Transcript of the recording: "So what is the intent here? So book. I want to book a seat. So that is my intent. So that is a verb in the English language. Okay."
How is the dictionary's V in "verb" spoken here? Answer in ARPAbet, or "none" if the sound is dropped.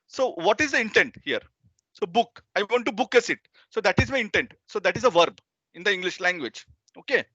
V